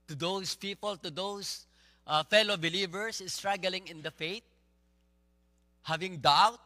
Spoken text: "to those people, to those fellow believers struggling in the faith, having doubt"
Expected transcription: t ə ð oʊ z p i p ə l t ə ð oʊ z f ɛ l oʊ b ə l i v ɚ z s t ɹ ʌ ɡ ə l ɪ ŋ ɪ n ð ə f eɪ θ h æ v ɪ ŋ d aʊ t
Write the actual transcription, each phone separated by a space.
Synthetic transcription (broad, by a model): t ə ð oʊ s p i p ə l t ə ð oʊ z f ɛ l oʊ b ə l i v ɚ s s t ɹ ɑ ɡ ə l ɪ ŋ ɪ n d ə f eɪ t h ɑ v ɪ ŋ d aʊ t